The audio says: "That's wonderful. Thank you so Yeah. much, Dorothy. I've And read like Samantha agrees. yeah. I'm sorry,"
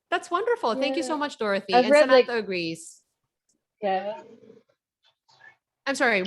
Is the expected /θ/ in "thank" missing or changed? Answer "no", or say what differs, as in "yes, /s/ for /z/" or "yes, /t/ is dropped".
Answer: no